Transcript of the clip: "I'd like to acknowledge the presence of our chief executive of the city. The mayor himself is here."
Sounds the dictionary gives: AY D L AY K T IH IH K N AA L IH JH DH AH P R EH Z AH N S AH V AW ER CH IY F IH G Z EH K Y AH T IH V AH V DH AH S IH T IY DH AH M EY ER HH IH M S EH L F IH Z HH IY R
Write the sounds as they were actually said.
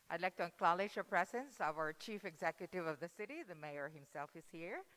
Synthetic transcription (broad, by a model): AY D L AY K T IH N K L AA L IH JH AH P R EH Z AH N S AH V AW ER CH IY F IH G Z EH K Y AH T IH V AH V DH AH S IH T IY DH AH M EY ER HH IH M S EH L F IH Z HH IY R